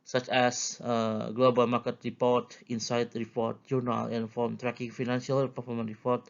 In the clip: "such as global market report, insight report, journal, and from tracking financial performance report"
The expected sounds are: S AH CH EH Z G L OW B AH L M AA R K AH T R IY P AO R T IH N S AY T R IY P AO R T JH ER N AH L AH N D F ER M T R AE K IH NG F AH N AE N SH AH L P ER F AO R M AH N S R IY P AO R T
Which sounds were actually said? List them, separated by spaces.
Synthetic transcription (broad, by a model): S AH CH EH S G L OW B AH L M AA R K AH T R IY P AO R T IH N S AY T R IY P AO R T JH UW N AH L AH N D F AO M T R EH K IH NG F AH N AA N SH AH L P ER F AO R M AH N R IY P AO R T